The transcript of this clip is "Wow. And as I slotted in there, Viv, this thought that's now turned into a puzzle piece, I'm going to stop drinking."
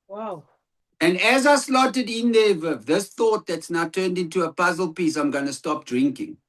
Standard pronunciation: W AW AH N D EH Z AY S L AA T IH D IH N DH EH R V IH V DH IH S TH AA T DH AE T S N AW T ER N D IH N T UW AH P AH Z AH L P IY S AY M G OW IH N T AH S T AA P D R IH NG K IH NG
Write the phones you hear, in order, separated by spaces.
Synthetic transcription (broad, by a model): W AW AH N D EH Z AY S L AA T IH D IH N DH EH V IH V DH IH S TH AA T DH AE T S N AW T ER N D IH N T UW AH P AH Z AH L P IY S AY M G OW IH N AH S T AA P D R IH NG K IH NG